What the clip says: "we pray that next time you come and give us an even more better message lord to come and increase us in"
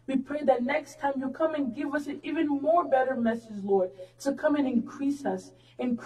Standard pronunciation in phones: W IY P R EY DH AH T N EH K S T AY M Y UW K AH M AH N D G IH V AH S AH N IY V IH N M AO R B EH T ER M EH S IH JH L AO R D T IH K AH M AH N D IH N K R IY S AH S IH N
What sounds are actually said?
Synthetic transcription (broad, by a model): W IY P R EY DH AH T N EH K S T AY M Y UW K AH M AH N G IH V AH S AH N IY V IH N M AO R B EH T ER M EH S IH JH L AO R D T IH K AH M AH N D IH N K R IY S AH S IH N